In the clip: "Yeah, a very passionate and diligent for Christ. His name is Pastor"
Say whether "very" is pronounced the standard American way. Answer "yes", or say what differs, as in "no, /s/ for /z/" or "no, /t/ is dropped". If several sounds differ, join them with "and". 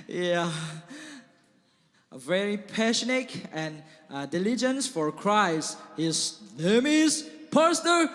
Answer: yes